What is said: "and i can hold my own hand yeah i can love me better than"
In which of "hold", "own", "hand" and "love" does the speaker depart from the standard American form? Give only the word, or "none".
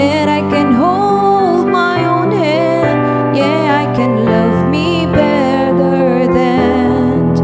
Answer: hand